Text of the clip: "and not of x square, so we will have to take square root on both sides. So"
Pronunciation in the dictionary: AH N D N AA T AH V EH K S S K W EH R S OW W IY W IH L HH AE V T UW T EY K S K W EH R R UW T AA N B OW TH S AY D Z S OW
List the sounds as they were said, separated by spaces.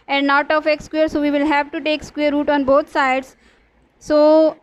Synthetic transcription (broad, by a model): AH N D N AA T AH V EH K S S K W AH R S OW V IY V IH L HH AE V T UW T EY K S K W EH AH R UW T AA N B OW T S AY D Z S OW